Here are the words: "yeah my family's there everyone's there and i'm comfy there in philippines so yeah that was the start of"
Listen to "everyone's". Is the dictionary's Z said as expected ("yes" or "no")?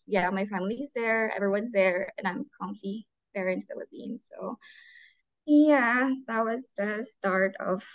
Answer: yes